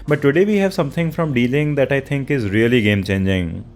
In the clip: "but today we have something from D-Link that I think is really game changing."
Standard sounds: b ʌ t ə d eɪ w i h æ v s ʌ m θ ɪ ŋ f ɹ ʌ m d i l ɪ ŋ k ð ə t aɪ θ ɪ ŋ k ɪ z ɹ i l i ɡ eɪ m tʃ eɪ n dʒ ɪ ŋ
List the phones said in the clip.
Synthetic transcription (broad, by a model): b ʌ t ə d eɪ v i h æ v s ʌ m t ɪ ŋ f ɹ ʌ m d i l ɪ ŋ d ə t aɪ t ɪ ŋ k ɪ z ɹ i l i ɡ eɪ m tʃ eɪ n dʒ ɪ ŋ